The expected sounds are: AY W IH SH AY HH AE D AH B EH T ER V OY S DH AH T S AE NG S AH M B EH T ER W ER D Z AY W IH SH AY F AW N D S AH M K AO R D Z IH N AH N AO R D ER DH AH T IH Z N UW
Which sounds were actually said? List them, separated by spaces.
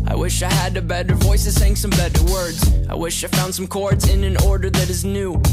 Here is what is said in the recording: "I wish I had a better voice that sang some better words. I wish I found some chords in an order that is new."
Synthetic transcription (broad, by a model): AY W IH SH AY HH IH D AH B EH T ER V OY S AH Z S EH NG S AH M B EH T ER W ER D Z AY W IH SH AY F AW N D S AH M K AO R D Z IH N AH N AO R D ER DH AH T IH Z N UW